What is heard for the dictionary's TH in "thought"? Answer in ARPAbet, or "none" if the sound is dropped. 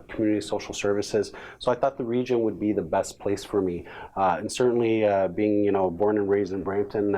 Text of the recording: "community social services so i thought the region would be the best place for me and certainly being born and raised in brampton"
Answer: TH